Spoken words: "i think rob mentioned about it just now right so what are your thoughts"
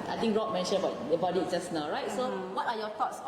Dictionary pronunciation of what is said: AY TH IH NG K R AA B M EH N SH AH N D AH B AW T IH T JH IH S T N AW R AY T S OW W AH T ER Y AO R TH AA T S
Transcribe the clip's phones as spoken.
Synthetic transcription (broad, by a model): AY T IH NG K R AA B M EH N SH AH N AH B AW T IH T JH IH S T N AW R AY T S OW W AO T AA Y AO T AA T S